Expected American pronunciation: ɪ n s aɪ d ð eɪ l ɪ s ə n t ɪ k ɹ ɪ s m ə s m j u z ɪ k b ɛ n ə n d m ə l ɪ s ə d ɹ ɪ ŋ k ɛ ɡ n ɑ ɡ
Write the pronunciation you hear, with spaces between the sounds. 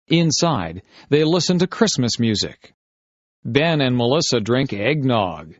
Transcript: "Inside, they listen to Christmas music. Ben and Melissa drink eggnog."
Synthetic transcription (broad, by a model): ɪ n s aɪ d ð eɪ l ɪ s ə n t ɪ k ɹ ɪ s m ə s m j u z ɪ k b ɛ n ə n m ə l ɪ s ə d ɹ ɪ ŋ k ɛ ɡ n ɑ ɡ